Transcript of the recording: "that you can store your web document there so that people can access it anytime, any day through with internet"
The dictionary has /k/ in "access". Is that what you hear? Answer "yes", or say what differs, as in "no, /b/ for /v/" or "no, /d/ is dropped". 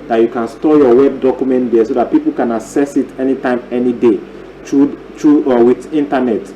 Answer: no, /k/ is dropped